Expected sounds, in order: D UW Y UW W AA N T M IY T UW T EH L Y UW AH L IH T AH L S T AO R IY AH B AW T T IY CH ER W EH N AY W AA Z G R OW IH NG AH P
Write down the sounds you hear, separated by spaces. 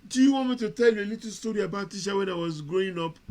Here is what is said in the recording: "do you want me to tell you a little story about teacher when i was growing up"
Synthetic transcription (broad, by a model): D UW Y UW W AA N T M IY T UW T EH L Y UW AH L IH T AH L S T AO R IY AH B AW T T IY SH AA W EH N AY W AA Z G R OW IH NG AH P